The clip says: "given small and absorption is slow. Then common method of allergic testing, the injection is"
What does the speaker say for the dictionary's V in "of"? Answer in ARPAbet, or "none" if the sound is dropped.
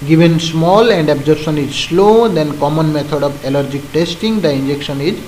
B